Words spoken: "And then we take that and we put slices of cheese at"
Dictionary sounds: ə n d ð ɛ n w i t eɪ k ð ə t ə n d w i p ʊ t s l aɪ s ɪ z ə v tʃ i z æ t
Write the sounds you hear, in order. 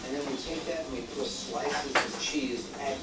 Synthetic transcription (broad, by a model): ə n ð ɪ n w i t eɪ k ð ə t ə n w i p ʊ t s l aɪ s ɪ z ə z tʃ i z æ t